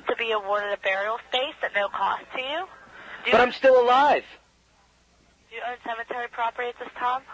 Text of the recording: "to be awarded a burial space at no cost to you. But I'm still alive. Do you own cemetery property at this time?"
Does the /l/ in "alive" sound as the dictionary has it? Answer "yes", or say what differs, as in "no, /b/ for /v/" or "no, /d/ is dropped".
yes